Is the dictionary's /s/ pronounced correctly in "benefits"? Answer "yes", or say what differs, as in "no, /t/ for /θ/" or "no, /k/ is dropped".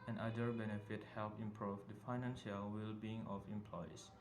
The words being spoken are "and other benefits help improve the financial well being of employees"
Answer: no, /s/ is dropped